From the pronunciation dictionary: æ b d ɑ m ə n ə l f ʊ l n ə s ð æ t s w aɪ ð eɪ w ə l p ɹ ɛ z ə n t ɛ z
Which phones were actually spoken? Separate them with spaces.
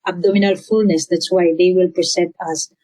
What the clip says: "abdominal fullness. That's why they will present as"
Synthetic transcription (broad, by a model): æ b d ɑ m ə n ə l f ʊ l n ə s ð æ t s w aɪ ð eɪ w ə l p ɛ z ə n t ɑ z